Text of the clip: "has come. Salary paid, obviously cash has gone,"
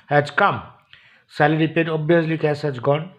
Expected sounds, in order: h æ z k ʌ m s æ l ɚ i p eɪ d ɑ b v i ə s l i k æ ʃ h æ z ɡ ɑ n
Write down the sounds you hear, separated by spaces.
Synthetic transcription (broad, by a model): h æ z k ʌ m s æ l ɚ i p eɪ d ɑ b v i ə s l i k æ s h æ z ɡ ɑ n